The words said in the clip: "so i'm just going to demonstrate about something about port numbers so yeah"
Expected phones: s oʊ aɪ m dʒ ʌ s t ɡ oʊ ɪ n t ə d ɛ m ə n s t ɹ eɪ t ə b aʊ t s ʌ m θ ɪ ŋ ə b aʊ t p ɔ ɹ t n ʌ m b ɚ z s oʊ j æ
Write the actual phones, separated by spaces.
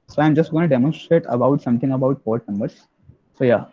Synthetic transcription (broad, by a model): s oʊ aɪ m dʒ ʌ s t ɡ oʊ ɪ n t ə d ɛ m ə n s t ɹ eɪ t ə b aʊ t s ʌ m t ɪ ŋ ə b aʊ t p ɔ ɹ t n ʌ m b ɚ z s oʊ j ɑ